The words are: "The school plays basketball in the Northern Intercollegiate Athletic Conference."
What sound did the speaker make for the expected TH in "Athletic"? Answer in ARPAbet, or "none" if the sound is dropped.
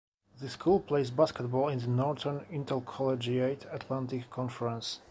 T